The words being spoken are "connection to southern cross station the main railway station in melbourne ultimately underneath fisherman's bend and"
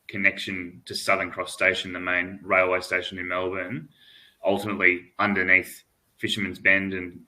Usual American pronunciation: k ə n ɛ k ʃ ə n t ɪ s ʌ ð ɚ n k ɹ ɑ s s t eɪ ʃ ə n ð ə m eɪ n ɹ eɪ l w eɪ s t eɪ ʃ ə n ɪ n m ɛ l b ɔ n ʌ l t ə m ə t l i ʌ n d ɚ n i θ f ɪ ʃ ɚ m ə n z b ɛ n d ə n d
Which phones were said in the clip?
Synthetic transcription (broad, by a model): k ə n ɛ k ʃ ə n t ɪ s ʌ ð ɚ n k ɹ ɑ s s t eɪ ʃ n ð ə m eɪ n ɹ eɪ l w eɪ s t eɪ ʃ ə n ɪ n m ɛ l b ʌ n ʌ l t ə m ə t l i ʌ n d ɚ n i θ f ɪ ʃ ɚ m ə n z b ɛ n d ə n